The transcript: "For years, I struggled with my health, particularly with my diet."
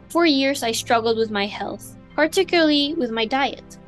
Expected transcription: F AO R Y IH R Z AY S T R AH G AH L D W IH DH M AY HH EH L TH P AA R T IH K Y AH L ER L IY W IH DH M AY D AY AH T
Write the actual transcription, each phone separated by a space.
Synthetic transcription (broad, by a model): F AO R Y IH R Z AY S T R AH G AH L D W IH DH M AY HH EH L TH P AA R T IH K Y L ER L IY W IH DH M AY D AY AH T